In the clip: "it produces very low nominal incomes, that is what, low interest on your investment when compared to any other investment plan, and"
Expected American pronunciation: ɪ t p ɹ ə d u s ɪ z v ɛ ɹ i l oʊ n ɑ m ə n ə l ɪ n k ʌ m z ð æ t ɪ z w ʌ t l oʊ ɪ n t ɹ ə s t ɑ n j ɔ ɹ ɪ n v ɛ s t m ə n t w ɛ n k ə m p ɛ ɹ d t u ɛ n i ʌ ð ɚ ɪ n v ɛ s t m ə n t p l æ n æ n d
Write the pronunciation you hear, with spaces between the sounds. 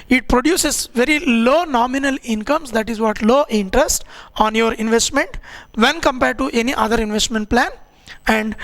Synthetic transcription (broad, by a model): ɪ t p ɹ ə d u s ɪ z v ɛ ɹ i l oʊ n ɑ m ə n ə l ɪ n k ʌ m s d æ t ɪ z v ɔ t l oʊ ɪ n t ɹ ə s t ɑ n j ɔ ɹ ɪ n v ɛ s t m ə n t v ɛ n k ə m p ɛ ɹ d t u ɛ n i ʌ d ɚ ɪ n v ɛ s t m ə n t p l æ n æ n d